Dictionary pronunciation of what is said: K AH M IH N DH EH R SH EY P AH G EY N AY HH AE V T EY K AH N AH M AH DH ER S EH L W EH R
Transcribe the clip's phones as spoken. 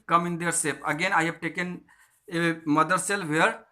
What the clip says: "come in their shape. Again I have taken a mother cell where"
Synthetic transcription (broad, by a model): K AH M IH N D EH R S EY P AH G EY N AY HH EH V T EY K AH N AH M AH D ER S EH L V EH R